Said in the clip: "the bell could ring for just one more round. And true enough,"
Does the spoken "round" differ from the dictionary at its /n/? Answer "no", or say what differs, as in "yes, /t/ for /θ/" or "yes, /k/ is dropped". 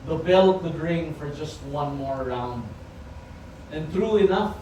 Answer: no